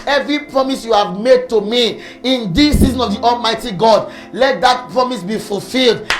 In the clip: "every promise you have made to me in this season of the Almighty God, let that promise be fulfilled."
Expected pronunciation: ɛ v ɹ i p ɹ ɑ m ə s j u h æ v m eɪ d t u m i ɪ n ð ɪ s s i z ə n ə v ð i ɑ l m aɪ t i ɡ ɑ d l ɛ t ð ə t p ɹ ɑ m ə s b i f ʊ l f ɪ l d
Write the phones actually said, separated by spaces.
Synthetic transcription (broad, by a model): ɛ v ɹ i p ɹ ɑ m ə s j u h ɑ v m eɪ d t u m i ɪ n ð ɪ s s i z ə n ə v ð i ɑ l m aɪ t i ɡ ɑ d l ɛ t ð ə t p ɹ ɑ m ə s b i f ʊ l f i l d